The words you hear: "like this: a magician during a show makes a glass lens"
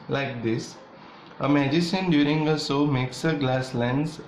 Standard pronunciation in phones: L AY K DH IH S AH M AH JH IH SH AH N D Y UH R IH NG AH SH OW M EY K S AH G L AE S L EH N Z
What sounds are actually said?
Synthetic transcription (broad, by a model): L AY K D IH S AH M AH JH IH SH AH N D Y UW R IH NG AH S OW M EY K S AH G L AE S L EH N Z